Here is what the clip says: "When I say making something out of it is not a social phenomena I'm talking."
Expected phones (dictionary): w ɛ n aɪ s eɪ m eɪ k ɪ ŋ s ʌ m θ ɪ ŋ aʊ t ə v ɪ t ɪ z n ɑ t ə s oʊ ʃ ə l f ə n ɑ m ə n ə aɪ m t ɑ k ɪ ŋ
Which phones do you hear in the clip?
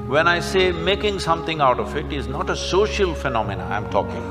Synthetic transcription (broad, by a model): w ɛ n aɪ s eɪ m eɪ k ɪ ŋ s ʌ m t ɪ ŋ aʊ t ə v ɪ t ɪ z n ɑ t ə s oʊ ʃ ə l f ə n ɑ m ə n ə aɪ m t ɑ k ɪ ŋ